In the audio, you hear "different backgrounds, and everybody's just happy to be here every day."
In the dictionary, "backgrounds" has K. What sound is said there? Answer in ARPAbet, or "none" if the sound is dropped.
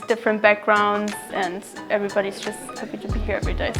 K